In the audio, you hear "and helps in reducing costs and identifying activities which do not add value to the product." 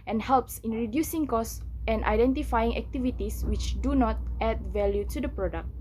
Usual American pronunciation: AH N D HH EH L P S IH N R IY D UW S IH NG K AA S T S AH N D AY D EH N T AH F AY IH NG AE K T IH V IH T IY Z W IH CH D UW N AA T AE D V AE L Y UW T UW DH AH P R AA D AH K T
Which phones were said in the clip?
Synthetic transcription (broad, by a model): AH N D HH EH L P S IH N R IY D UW S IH NG K AA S S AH N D AY D EH N T AH F AY IH NG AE K T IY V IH T IY S W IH CH D UW N AA T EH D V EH L Y UW T UW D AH P R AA D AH K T